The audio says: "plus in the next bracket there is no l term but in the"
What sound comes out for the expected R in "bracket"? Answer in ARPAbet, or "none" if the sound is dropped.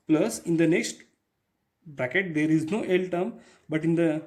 R